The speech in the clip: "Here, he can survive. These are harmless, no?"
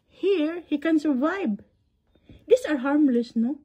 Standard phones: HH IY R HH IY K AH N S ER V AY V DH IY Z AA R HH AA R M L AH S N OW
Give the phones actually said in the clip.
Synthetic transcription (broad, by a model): HH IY R HH IY K AH N S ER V AY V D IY S AA R HH AA R M L AH S N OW